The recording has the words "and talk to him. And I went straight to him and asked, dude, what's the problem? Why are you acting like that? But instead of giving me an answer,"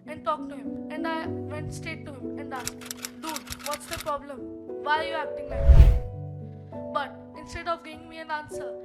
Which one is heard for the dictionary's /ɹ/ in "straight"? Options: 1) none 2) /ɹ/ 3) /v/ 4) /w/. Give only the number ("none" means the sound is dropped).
1